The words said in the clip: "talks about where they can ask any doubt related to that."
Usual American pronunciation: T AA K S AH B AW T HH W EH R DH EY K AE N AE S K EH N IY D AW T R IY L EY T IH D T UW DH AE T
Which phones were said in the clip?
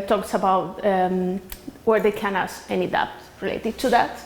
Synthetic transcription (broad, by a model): T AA K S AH B AW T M W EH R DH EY K AE N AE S EH N IY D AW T R IY L EY T IH D T UW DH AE T